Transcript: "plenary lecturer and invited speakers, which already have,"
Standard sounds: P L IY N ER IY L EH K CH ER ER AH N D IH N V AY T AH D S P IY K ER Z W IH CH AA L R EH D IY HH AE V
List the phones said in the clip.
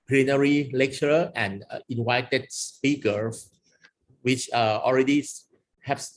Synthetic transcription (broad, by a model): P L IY N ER IY L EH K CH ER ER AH N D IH N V AY T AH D S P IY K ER W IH CH AA L R EH D IY HH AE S